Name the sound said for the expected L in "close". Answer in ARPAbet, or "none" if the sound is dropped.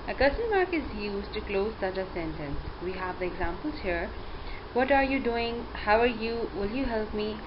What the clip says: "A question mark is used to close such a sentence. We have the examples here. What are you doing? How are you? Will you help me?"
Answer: L